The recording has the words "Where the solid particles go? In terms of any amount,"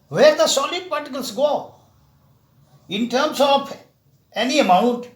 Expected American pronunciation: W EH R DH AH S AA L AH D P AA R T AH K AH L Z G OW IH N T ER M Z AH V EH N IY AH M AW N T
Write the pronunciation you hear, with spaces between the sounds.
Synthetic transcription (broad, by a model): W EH R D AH S AA L AH D P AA R T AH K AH L S G OW IH N T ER M S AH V EH N IY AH M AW N T